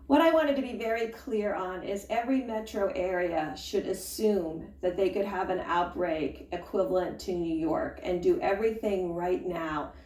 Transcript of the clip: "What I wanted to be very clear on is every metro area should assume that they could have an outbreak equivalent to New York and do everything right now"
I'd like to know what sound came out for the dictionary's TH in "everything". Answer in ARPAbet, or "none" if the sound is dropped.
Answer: TH